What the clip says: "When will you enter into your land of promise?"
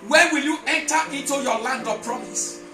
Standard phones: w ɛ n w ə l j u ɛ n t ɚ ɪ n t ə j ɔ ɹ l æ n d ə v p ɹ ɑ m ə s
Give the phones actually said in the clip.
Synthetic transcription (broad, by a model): w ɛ w ə l j u ɛ n t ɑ ɪ n t ə j ɔ l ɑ n d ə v p ɹ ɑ m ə s